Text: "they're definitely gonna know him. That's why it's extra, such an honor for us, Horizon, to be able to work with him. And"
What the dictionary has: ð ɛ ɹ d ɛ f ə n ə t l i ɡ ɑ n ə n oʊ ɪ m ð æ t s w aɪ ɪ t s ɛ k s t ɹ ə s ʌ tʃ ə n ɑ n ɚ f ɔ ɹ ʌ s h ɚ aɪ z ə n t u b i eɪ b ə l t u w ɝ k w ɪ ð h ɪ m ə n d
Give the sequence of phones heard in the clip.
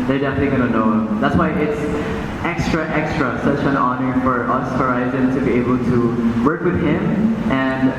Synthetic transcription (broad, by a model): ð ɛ ɹ d ɛ f ə n ə t l i ɡ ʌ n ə n oʊ ɪ m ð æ t s w aɪ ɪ t s ɛ k s t ɹ ə s ʌ tʃ ə n ɑ n ɚ f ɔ ɹ ʌ s h ɚ aɪ z ə n t u b i eɪ b ə l t u w ɝ k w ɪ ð h ɪ m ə n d